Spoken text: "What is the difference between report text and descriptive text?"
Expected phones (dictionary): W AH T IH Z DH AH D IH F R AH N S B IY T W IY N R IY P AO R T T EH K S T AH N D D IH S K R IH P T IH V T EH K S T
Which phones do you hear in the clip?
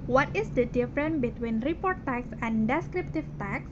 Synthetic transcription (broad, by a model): W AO T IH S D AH D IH F R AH N B IY T W IY N R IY P AO R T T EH K S AH N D D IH S K R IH P T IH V T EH K S